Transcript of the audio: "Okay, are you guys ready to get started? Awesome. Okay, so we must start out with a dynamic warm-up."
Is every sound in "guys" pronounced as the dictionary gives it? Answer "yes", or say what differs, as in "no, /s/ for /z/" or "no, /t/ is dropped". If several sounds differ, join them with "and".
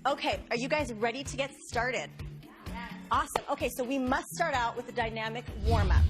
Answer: yes